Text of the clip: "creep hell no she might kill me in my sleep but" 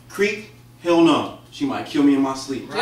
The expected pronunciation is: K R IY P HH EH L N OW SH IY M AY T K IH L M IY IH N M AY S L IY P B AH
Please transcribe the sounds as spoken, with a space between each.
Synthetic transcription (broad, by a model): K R IY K HH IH L N OW SH IY M AY T K IH L M IY IH N M AY S L IY P